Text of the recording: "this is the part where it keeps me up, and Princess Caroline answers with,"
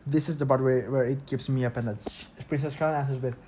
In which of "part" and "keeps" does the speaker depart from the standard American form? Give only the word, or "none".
part